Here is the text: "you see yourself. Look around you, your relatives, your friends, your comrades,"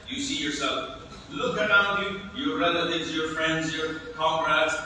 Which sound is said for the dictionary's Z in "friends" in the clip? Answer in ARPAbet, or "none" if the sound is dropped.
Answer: Z